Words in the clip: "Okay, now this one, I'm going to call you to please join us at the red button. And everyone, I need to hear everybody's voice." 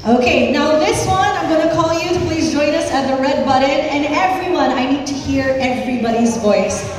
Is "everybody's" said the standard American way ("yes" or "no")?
yes